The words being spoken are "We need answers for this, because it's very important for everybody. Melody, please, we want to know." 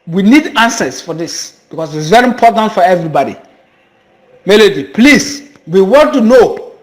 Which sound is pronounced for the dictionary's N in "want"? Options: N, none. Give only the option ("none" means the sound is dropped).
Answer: none